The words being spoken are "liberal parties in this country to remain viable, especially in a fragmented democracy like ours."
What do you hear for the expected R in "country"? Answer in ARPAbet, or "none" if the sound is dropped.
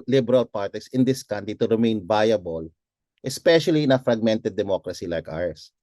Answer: none